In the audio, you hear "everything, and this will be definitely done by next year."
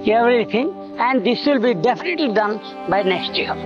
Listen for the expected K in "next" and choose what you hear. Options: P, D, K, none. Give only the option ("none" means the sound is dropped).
K